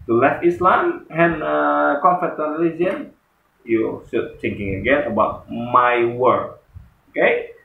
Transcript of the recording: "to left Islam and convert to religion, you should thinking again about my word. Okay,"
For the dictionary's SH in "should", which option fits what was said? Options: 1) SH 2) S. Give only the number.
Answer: 2